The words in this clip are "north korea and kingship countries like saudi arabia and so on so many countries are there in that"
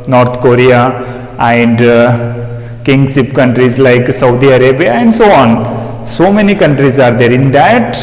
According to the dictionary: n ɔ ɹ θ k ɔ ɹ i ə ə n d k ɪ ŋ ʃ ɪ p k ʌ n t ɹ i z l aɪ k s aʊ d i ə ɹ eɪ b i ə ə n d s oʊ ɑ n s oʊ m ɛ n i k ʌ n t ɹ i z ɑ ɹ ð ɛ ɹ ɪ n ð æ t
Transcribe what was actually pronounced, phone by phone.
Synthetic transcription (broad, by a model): n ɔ ɹ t k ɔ ɹ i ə ə n d k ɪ ŋ s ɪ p k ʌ n t ɹ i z l aɪ k s aʊ d i ə ɹ eɪ b i ə ə n d s oʊ ɑ n s oʊ m ɛ n i k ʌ n t ɹ i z ɑ ɹ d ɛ ɹ ɪ n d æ t